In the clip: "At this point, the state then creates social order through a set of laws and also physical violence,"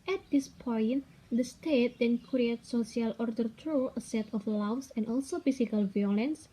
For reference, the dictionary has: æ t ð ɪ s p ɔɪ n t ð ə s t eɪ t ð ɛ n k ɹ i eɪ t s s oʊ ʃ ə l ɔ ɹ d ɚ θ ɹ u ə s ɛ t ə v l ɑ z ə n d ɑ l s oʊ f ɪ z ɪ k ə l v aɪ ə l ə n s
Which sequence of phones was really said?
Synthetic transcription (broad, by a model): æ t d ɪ s p ɔɪ n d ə s t eɪ t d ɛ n k ɹ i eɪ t s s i ə l ɔ ɹ d ɚ t ɹ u ə s ɛ t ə f l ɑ s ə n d ɑ l s oʊ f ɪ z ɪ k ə l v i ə l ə n s